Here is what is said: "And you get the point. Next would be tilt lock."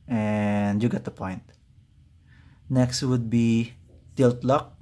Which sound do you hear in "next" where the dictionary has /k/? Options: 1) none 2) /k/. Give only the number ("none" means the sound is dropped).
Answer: 2